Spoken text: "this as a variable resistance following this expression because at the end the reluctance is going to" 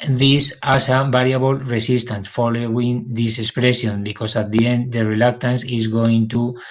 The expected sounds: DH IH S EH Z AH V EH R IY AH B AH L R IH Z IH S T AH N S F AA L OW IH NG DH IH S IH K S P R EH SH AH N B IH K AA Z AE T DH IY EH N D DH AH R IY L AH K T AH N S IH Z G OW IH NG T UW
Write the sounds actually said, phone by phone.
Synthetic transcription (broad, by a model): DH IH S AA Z AH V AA R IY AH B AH L R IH S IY S T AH N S F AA L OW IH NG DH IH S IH K S P R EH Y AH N B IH K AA S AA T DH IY EH N D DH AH R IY L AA K T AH N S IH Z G OW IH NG T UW